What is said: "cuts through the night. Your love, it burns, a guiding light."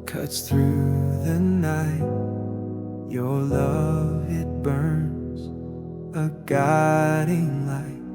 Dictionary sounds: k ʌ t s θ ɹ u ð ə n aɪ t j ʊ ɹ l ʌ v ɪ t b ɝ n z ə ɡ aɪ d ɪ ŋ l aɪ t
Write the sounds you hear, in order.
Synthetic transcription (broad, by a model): k ʌ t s θ ɹ u ð ə n aɪ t j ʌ ɹ l ʌ v ɪ t b ɝ n z ə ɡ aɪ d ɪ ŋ l aɪ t